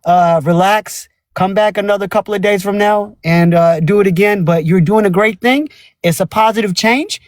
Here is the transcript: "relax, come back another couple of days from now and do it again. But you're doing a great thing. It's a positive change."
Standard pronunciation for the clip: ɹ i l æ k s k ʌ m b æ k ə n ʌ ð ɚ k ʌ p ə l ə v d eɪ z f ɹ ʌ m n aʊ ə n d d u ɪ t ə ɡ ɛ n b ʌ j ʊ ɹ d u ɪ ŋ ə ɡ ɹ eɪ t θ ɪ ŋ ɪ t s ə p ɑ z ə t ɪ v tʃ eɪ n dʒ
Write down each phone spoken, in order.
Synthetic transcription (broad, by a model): ɹ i l æ k s k ʌ m b æ k ə n ʌ ð ɚ k ʌ p l ə v d eɪ z f ɹ ʌ m n aʊ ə n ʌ d ɪ t ə ɡ ɛ n b ʌ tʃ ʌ ɹ d u ɪ ŋ ə ɡ ɹ eɪ t θ ɪ ŋ ɪ t s ə p ɑ z ə t ɪ v tʃ eɪ n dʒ